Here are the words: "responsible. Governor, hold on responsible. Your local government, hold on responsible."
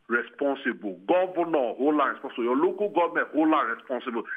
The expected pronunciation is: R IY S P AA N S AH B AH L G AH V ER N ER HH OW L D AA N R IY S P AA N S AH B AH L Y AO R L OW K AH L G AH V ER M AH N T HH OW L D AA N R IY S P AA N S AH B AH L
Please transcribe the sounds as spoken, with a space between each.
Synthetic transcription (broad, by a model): R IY S P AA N S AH B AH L G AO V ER N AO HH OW L AA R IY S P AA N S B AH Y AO L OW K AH G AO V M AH T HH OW L AA R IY S P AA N S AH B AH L